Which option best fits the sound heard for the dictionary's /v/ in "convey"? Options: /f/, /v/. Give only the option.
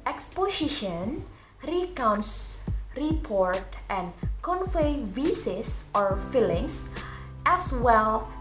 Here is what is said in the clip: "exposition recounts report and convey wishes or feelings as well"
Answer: /f/